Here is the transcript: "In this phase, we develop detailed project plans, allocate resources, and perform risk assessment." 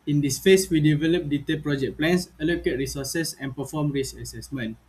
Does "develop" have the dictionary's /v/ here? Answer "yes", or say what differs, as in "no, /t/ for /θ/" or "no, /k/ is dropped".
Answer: yes